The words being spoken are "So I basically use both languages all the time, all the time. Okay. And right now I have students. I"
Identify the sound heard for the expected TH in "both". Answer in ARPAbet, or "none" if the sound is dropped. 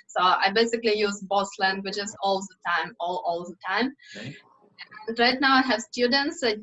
S